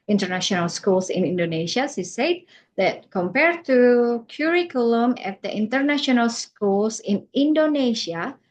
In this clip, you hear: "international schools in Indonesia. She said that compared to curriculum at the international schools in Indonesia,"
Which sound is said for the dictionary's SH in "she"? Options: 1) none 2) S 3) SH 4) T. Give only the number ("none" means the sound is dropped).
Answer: 2